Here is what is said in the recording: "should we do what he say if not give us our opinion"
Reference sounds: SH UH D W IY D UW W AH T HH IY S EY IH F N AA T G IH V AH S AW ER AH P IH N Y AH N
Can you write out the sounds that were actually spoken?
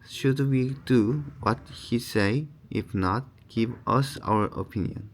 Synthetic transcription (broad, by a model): SH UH D W IY D UW W AH T HH IY S EY IH F N AA T G IH V AH S AW ER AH P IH N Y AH N